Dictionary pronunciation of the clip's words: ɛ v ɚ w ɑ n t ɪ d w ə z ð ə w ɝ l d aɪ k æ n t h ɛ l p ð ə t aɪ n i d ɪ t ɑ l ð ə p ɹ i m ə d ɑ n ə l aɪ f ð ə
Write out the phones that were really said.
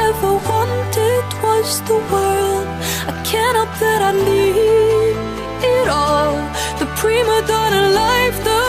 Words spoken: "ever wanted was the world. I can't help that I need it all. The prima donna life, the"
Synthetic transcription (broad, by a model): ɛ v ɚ w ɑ n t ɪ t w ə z ð ə w ɝ l d aɪ k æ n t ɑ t ð ə t aɪ l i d ɪ t ɑ l ð ə p ɹ i m ə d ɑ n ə l aɪ f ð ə